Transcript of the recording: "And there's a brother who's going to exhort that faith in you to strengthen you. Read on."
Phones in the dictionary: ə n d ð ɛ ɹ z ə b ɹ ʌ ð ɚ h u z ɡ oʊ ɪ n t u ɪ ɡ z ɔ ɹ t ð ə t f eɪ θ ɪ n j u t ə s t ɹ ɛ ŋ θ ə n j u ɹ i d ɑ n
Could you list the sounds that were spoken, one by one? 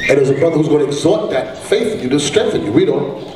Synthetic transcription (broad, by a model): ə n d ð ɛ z ə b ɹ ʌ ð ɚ h u z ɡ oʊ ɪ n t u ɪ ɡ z ɔ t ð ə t f eɪ θ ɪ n j u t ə s t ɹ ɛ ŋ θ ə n j u w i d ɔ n